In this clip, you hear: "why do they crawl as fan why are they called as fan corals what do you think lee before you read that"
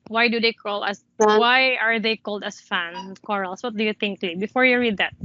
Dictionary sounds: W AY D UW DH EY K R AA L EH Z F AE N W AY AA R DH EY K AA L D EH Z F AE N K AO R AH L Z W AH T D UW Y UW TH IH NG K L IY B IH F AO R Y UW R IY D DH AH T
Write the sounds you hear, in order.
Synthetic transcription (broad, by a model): W AY D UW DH EY K AA L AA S W AY AA R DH EY K AA L D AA S F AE N K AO R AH L S W AH T D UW Y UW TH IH NG K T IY B IH F AO R Y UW R IY D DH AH T